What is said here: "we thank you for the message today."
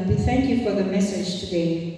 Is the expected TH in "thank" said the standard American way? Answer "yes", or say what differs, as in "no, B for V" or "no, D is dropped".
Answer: yes